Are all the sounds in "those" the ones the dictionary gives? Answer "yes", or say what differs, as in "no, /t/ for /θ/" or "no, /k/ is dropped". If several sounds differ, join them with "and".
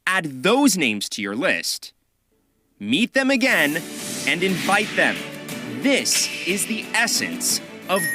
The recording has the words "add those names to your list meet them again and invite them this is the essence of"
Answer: yes